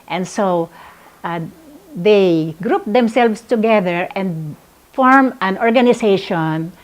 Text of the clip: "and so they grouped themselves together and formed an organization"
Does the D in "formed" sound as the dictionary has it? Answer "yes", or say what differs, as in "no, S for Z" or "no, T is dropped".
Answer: no, D is dropped